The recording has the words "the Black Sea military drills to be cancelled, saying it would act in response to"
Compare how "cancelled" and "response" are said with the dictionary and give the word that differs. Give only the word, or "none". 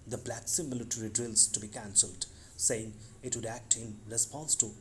none